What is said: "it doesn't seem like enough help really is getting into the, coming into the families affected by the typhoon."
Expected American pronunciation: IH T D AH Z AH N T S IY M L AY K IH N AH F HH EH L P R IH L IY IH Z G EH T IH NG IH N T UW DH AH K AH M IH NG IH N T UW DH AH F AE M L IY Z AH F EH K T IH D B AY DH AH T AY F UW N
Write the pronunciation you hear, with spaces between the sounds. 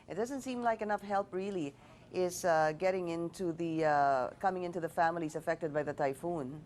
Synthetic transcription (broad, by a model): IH T D AH Z AH N T S IY M L AY K IH N AH F HH EH L P R IH L IY IH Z G EH T IH NG IH N T UW DH AH K AH M IH NG IH N T UW DH AH F AE M L IY Z AH F EH K T IH D B AY DH AH T AY F UW N